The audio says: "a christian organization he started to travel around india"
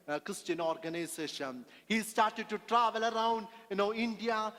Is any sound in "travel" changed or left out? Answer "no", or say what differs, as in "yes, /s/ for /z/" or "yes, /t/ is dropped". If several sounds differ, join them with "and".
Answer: no